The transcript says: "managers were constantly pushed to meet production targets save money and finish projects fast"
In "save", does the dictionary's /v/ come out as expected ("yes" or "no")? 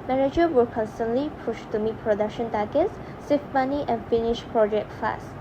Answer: no